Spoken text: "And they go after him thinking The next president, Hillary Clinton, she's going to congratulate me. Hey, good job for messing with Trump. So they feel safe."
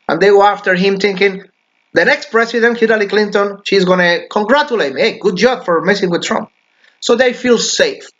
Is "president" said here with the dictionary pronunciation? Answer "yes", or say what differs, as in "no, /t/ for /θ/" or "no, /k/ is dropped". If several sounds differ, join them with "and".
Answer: no, /s/ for /z/